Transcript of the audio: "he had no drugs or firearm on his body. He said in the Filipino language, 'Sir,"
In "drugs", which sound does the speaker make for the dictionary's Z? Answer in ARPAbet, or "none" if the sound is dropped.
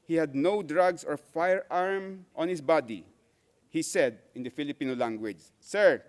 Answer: S